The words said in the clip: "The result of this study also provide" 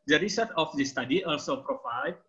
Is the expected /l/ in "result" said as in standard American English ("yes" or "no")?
no